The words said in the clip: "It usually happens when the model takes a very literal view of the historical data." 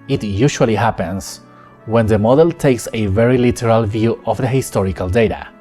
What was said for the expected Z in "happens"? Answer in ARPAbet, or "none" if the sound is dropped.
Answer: S